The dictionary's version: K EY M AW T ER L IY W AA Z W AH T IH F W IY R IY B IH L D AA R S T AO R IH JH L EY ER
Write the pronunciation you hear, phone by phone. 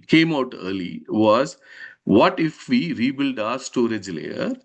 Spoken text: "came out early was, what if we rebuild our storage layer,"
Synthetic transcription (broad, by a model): K EY M AW T ER L IY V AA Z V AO T IH F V IY R IY B IH L D AA R S T AO R IH JH L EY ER